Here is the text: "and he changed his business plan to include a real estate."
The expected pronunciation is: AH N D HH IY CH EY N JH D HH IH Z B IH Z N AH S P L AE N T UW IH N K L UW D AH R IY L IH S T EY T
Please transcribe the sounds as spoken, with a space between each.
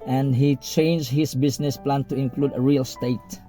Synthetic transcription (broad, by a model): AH N D HH IY CH EY N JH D HH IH S B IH S N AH S P L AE N T UW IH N K L UW D AH R IY L S T EY T